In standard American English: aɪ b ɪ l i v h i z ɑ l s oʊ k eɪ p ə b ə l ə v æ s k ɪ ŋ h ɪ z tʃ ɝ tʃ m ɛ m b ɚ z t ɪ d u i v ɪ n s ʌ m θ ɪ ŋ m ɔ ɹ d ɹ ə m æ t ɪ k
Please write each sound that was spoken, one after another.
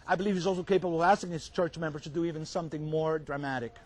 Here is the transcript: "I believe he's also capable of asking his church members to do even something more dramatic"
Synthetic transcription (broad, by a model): aɪ b ɪ l i v h i z ɑ l s oʊ k eɪ p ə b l ə v æ s k ɪ ŋ h ɪ z tʃ ɝ tʃ m ɛ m b ɚ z t ɪ d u i v ɪ n s ʌ m θ ɪ ŋ m ɔ ɹ d ɹ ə m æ t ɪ k